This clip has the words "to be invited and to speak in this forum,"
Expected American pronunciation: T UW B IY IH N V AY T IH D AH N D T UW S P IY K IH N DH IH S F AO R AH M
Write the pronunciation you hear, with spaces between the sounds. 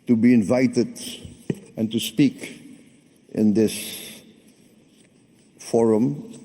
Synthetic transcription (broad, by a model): T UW B IY IH N V AY T IH D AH N T UW S P IY K IH N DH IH S F AO R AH M